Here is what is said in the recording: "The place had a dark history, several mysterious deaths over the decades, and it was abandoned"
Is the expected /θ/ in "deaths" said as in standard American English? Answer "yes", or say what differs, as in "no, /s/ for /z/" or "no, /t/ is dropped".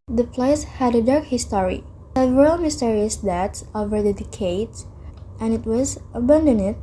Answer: no, /t/ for /θ/